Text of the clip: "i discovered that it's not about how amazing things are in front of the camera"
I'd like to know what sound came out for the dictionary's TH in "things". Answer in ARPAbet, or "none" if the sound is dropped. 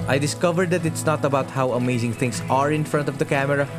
T